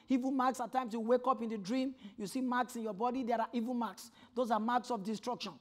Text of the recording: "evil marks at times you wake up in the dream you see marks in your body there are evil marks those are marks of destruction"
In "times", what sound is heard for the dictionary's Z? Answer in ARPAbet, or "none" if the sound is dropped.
S